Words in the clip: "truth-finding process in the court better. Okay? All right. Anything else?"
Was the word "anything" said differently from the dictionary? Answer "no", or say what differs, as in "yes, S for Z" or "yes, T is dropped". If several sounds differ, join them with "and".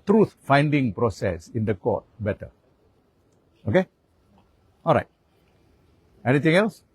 yes, T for TH